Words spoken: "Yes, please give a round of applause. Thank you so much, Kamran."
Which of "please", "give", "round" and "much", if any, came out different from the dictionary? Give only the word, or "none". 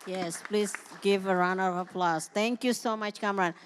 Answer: round